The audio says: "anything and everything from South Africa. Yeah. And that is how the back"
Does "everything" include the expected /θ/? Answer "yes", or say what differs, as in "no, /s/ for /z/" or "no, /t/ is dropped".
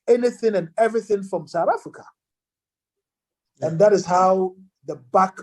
yes